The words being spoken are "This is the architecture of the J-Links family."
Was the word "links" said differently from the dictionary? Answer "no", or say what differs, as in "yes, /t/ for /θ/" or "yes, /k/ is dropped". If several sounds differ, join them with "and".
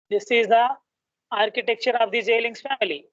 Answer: yes, /k/ is dropped